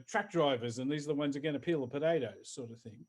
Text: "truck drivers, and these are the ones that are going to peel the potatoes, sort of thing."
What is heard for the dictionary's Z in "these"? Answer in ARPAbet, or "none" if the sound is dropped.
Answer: Z